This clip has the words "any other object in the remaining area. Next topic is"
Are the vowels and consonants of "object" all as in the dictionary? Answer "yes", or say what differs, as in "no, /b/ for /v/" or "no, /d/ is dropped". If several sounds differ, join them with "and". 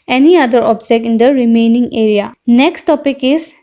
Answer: no, /t/ is dropped